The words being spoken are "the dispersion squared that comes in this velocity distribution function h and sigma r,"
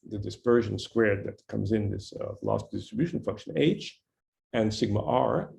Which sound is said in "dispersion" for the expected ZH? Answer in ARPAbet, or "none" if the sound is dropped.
ZH